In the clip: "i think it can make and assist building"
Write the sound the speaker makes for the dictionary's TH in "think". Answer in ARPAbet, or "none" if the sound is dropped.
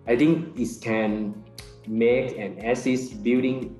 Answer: T